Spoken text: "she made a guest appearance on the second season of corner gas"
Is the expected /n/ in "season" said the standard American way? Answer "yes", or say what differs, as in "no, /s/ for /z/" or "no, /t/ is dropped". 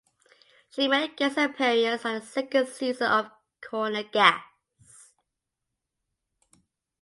no, /n/ is dropped